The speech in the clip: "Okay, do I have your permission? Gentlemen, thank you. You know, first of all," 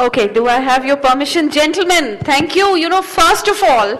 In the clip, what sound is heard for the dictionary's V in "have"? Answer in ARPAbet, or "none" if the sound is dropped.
V